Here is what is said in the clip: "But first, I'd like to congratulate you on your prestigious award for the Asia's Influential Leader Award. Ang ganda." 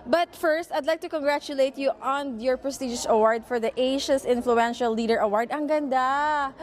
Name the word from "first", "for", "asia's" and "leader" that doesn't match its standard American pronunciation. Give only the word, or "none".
asia's